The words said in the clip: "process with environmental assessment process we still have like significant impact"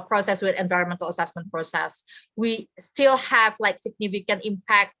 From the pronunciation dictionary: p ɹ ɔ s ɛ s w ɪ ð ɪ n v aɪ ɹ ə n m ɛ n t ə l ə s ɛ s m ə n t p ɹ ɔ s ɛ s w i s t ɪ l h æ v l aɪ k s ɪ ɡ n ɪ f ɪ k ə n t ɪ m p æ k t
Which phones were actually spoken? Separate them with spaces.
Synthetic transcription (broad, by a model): p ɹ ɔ s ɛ s w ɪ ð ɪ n v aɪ ɹ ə n m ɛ n t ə l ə s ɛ s m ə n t p ɹ ɔ s ɛ s w i s t ɪ l h æ v l aɪ k s ɪ ɡ n ɪ f ɪ k ə n t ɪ m p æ k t